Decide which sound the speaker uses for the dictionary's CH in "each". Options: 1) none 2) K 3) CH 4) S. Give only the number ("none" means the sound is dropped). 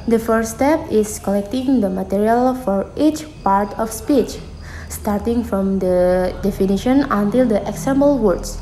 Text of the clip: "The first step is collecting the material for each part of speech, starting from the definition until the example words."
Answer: 3